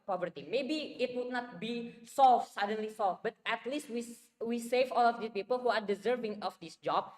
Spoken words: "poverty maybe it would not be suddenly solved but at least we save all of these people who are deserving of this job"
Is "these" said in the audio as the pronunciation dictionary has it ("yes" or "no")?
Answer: no